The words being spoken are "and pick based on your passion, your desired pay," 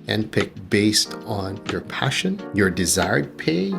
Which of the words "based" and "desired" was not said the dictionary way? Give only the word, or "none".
none